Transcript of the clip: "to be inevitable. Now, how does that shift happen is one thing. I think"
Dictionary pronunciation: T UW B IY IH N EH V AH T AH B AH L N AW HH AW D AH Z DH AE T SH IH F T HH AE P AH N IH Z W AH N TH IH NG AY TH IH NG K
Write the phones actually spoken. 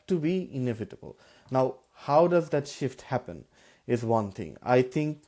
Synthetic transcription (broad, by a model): T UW B IY IH N EH V AH T AH B AH L N AW HH AW D AH Z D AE T SH IH F T HH AE P AH N IH Z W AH N T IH NG AY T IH NG K